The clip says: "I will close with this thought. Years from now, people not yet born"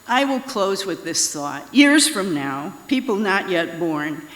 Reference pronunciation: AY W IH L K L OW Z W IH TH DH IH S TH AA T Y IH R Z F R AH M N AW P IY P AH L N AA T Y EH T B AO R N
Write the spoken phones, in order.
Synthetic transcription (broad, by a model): AY W IH L K L OW Z W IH DH IH S TH AA T Y IH R Z F R AH M N AW P IY P L N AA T Y EH T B AO R N